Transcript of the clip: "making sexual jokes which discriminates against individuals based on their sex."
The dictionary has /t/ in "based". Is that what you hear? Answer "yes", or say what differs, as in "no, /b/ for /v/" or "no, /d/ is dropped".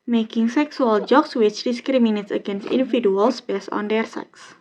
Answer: no, /t/ is dropped